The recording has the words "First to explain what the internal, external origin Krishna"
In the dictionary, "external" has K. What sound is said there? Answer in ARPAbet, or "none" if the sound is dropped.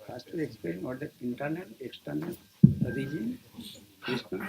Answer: K